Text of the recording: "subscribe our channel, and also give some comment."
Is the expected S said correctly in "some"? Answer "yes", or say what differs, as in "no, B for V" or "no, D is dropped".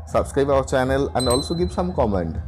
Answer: yes